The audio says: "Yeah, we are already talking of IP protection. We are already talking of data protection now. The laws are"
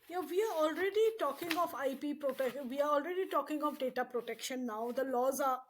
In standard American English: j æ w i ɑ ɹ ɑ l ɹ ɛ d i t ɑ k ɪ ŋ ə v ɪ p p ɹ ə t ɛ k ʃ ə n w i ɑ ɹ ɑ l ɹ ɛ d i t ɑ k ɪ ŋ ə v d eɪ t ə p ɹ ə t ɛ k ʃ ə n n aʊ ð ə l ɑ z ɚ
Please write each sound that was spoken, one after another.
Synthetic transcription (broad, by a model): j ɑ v i ɑ ɹ ɑ l ɹ ɛ d i t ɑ k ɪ ŋ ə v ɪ p p ɹ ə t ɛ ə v i ɑ ɹ ɑ l ɹ ɛ d i t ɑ k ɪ ŋ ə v d eɪ t ə p ɹ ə t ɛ k ʃ ə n n aʊ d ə l ɑ z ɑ